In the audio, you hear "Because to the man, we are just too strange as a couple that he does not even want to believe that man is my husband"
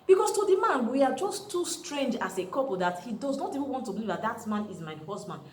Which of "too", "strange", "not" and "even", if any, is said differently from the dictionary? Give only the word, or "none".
none